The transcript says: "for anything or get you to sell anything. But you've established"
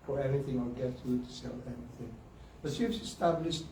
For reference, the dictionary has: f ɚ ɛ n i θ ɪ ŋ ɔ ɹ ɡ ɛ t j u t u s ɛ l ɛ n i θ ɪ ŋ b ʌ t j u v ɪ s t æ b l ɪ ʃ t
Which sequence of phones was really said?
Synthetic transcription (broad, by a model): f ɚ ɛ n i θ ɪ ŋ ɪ l ɡ ɛ t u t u s ɛ l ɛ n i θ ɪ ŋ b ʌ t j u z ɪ s t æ b l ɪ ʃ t